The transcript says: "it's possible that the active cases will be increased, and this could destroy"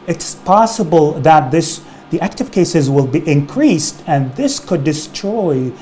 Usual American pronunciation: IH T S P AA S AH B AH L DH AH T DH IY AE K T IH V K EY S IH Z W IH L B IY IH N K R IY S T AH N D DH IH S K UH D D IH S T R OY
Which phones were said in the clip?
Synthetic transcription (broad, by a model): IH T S P AA S AH B AH L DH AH T DH IY AE K T IH V K EY S IH Z W IH L B IY IH N K R IY S T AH N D DH IH S K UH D D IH S T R OY